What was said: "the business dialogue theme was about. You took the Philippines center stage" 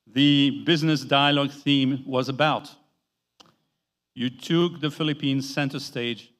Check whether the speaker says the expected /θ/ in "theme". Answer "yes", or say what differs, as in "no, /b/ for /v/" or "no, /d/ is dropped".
yes